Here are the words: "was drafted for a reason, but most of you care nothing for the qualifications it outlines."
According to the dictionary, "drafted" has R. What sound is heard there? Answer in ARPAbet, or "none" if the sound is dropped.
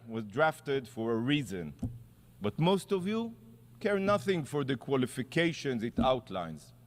R